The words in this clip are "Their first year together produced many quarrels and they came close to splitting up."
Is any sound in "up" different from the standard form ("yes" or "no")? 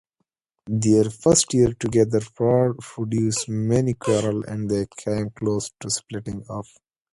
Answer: yes